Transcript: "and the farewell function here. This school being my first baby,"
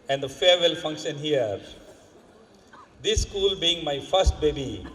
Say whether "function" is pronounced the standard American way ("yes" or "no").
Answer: yes